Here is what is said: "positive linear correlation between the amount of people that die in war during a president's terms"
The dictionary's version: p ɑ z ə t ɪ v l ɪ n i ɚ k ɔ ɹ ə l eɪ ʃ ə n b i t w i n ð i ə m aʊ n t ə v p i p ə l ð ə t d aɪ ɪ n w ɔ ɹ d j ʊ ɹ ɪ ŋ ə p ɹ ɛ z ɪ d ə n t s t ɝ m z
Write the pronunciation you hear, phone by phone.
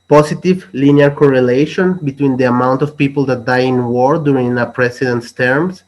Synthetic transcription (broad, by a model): p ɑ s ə t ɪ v l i n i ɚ k ɔ ɹ ə l eɪ ʃ ə n b i t w i n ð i ə m aʊ n t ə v p i p ə l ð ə t d aɪ ɪ n w ɔ ɹ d j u ɹ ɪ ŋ ə p ɹ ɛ s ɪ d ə n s t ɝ m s